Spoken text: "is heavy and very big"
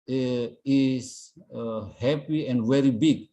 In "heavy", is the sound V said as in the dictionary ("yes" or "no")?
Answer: no